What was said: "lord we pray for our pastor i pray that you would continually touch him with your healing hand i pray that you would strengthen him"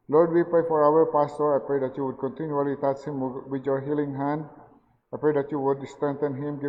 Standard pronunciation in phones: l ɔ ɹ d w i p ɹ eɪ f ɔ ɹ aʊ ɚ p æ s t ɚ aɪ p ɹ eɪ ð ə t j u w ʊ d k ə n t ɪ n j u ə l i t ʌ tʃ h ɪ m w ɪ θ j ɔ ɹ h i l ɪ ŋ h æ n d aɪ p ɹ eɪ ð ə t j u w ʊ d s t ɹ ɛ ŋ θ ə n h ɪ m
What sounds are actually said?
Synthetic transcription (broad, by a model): l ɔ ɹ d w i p eɪ f ɔ ɹ aʊ ɚ p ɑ s t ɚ aɪ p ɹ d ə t j u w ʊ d k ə n t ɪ n j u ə l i t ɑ s h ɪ m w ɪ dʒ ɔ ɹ h i l ɪ ŋ h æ n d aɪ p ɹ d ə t j u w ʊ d s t ɛ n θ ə n h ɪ m